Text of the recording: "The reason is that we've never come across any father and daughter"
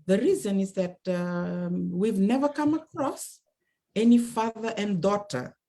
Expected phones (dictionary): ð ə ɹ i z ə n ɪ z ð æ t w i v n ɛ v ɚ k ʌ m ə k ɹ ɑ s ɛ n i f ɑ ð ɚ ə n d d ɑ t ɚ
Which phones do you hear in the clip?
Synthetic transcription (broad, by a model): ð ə ɹ i z ə n ɪ z ð æ t w i v n ɛ v ɚ k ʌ m ə k ɹ ɑ s ɛ n i f ɑ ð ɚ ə n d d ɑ t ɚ